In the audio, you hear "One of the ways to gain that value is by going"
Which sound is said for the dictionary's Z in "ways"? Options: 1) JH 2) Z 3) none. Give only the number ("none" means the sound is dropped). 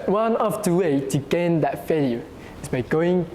3